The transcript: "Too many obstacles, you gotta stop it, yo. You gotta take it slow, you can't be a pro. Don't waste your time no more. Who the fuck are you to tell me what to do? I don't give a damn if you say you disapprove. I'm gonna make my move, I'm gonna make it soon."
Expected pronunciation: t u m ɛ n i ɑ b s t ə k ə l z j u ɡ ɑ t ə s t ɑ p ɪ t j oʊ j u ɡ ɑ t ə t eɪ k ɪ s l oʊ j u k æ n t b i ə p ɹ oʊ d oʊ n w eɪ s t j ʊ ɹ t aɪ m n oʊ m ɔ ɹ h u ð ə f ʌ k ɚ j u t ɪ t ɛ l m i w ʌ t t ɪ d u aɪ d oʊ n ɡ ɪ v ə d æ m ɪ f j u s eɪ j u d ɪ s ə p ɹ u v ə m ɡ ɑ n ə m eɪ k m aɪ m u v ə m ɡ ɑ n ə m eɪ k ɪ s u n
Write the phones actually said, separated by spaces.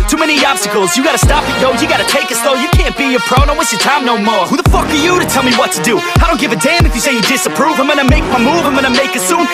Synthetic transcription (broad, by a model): t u m ɛ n i ɑ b s t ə k l z j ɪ ɡ ɑ t ə s t ɑ p ɪ t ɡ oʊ j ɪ ɡ ɑ t ə t eɪ k ɪ s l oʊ j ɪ k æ n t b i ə p ɹ oʊ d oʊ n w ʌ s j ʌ ɹ t aɪ m n oʊ m ɔ ɹ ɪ ð ə f ʌ k ɚ j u t ɪ t ɛ l m i w ʌ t t ɪ d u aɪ d oʊ n ɡ ɪ v ə d æ m ɪ f j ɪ s eɪ j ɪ d ɪ s ə p ɹ u v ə m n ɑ ə m eɪ k m aɪ m u v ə m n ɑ ə m eɪ k ɪ s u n